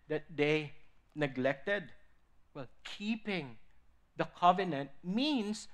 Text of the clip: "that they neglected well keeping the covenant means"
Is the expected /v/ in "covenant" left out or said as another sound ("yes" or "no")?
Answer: no